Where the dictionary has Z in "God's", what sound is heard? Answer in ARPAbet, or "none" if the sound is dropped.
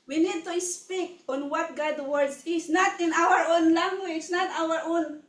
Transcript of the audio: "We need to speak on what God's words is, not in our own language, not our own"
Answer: none